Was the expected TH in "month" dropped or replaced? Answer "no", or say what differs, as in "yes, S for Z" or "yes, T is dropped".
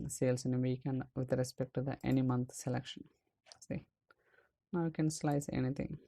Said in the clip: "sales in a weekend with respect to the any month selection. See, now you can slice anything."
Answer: yes, T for TH